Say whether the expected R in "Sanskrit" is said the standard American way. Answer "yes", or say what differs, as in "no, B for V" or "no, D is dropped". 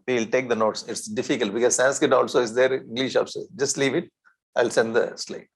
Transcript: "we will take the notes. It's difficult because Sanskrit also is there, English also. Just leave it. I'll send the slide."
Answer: no, R is dropped